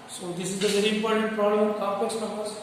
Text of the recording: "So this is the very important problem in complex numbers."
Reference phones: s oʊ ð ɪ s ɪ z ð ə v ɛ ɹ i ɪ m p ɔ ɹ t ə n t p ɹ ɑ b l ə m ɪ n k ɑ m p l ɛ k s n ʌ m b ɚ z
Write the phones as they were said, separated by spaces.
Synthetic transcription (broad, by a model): s oʊ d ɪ s ɪ z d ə v ɛ ɹ i ɪ m p ɔ ɹ t ə n t p ɹ ɑ b l ə m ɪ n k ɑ p ɛ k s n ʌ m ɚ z